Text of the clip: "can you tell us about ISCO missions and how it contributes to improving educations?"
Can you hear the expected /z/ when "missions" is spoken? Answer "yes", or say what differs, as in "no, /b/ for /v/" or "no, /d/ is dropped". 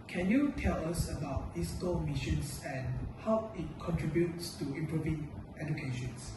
no, /s/ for /z/